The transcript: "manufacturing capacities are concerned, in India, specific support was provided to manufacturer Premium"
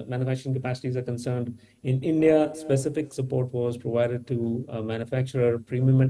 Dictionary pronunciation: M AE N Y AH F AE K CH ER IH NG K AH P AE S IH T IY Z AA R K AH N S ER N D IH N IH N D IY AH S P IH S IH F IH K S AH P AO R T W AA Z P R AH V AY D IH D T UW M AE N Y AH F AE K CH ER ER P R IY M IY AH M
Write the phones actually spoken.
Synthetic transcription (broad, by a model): M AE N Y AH F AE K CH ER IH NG K AH P AE S IH T IY Z AA R K AH N S ER N D IH N IH N D IY AH S P IH S IH F IH K S AH P AO R T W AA Z P R AH V AY D IH D T UW M AE N Y AH F AE K CH ER ER P R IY M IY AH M